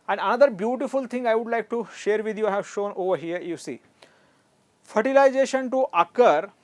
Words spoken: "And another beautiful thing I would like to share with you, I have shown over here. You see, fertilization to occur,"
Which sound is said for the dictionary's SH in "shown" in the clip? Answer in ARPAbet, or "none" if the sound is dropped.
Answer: SH